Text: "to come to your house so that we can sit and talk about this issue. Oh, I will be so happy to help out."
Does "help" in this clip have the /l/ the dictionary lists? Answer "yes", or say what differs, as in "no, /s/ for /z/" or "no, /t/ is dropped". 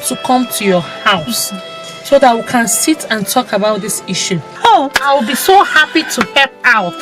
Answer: no, /l/ is dropped